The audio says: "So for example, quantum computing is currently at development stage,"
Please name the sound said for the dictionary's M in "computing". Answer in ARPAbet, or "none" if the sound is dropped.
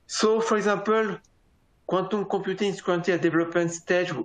none